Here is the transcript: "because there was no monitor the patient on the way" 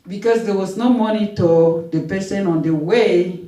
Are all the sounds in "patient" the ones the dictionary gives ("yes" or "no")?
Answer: no